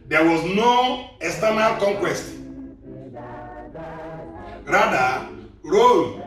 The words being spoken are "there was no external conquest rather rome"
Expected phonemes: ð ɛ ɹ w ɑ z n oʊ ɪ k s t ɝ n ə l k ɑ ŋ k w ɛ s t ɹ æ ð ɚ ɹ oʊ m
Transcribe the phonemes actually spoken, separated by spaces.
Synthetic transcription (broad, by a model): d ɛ w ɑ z n oʊ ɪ s t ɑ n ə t k ɑ ŋ k w ɛ s t ɹ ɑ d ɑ ɹ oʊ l